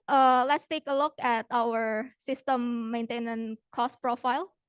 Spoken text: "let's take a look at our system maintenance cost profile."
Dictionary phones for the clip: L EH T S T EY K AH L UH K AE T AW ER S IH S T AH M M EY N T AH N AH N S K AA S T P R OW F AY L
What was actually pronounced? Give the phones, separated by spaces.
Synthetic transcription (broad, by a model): L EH T S T EY K AH L UH K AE T AW ER S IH S T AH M M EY N T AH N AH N K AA S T P R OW F AY L